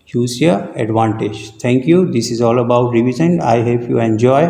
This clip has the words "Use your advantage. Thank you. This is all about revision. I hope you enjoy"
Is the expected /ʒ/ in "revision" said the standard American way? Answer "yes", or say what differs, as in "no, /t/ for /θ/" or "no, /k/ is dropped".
no, /z/ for /ʒ/